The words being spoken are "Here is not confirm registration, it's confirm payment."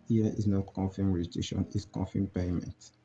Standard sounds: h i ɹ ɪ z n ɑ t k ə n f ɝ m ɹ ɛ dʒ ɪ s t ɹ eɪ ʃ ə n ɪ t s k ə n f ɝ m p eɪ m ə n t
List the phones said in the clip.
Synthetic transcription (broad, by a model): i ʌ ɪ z n ɑ t k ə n f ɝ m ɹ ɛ ɪ t eɪ ʃ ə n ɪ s k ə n f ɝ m p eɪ m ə n t